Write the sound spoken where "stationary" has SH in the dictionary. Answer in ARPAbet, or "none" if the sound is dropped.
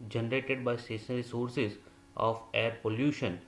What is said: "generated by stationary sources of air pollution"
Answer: S